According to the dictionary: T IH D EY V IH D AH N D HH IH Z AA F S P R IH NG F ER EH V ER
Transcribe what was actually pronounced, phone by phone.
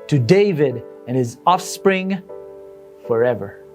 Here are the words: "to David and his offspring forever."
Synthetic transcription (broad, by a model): T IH D EY V IH D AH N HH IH Z AA F S P R IH NG F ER EH V ER